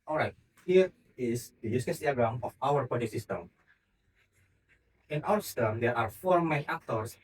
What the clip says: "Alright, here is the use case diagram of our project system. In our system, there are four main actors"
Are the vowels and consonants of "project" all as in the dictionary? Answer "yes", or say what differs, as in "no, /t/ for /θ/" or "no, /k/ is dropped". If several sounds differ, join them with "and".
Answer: no, /ɹ/ is dropped